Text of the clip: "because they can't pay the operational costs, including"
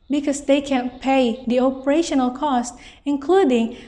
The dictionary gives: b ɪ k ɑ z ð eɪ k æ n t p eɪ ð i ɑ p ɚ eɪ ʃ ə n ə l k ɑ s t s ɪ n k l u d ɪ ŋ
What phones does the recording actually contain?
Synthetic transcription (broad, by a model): b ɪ k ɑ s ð eɪ k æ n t p eɪ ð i ɑ p ɚ eɪ ʃ ə n ə l k ɑ s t ɪ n k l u d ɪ ŋ